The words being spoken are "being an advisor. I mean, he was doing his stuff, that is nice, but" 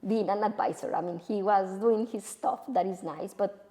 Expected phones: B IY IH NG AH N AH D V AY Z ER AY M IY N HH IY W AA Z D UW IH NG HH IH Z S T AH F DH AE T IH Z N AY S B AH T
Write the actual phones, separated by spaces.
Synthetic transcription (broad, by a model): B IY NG AH N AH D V AY S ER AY M IY N HH IY W AA Z D UW IH NG HH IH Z S T AH F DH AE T IH Z N AY S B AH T